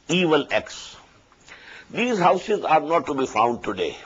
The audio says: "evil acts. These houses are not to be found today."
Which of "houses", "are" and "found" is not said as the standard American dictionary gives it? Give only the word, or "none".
none